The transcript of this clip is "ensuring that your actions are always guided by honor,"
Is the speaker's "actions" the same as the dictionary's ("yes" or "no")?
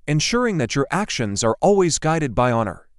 yes